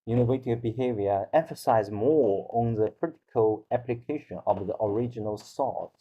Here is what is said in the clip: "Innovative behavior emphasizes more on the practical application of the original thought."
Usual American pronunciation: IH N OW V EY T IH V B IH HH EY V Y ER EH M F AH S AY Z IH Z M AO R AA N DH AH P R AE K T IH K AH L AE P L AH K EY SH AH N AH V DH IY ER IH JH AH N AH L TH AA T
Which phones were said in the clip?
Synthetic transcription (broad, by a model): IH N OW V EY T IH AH B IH HH EY V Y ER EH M F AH S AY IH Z M AO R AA N DH AH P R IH T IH K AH L AE P L AH K EY SH AH N AH V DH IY ER IH JH AH N AH L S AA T